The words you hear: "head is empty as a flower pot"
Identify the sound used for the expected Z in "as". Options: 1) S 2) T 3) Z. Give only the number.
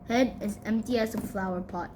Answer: 1